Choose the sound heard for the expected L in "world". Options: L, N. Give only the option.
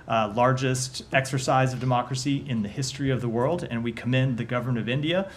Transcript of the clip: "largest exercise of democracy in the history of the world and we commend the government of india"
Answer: L